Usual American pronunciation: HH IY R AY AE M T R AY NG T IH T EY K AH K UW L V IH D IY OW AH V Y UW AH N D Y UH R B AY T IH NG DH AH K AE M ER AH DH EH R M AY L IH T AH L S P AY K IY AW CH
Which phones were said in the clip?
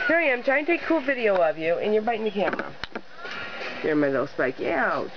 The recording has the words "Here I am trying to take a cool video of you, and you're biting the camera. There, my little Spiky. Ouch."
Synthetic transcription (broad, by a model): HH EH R AY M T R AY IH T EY AH K UW L V IH D IY OW AH V Y UW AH N Y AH R B AY T IH NG DH AH K AE M ER AH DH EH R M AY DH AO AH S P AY K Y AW